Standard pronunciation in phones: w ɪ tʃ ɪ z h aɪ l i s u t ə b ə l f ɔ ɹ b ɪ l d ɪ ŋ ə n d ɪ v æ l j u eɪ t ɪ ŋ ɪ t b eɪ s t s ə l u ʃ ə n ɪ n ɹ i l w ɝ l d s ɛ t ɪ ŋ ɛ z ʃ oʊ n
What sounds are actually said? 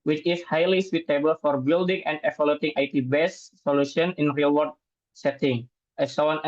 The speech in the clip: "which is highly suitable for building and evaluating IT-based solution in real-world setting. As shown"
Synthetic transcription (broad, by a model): w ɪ tʃ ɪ s h aɪ l i s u t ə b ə l f ɔ ɹ b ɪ l d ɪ ŋ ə n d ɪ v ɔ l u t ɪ ŋ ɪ t b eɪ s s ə l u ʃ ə n ɪ n ɹ i l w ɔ d s ɛ t ɪ ŋ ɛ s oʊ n